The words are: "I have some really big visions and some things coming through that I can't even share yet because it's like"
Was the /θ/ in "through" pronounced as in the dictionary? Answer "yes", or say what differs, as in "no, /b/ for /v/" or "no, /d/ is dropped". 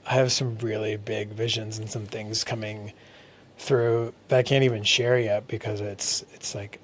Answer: yes